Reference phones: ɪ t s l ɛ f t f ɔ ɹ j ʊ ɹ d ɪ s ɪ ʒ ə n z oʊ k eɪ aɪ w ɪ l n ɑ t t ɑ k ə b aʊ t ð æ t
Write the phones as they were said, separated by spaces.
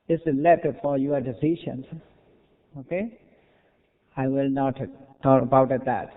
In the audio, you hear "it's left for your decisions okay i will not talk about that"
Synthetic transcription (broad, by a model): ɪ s l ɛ t f ɔ ɹ j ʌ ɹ d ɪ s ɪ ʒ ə n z oʊ k eɪ aɪ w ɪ l n ɑ t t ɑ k ə b aʊ t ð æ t